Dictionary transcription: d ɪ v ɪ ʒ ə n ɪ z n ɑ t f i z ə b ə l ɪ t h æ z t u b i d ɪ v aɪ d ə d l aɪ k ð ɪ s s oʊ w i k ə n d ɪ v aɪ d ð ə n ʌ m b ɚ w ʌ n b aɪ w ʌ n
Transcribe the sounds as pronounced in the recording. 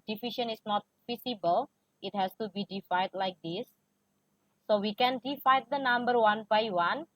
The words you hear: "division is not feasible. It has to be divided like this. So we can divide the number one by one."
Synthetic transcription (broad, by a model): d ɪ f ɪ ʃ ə n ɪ s n ɑ t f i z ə b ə l ɪ t h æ s t u b i d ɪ f aɪ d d l aɪ k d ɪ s s oʊ w i k ə n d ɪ f aɪ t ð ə n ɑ m b ɚ w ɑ n b aɪ w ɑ n